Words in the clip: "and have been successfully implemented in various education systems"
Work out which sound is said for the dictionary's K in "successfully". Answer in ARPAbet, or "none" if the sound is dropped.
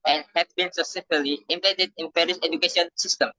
none